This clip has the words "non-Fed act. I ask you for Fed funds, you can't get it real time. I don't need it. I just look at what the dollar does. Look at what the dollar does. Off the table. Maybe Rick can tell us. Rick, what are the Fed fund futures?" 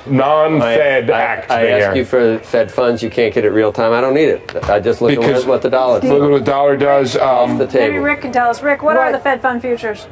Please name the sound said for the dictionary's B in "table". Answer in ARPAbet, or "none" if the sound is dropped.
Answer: none